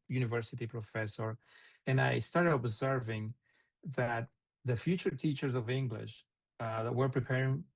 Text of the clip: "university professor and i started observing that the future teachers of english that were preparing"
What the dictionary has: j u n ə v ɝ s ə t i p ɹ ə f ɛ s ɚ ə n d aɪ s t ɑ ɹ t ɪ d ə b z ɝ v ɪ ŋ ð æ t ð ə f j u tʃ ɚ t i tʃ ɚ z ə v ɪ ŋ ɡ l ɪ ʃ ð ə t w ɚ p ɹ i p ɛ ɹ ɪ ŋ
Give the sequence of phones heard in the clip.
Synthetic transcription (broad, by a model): j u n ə v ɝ s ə t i p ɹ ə f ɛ s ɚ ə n aɪ s t ɑ ɹ t ɪ d ə b z ɝ v ɪ ŋ ð æ t ð ə f j u tʃ ɚ t i tʃ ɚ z ə v ɪ ŋ ɡ l ɪ ʃ ð ə t w ɚ p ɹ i p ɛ ɹ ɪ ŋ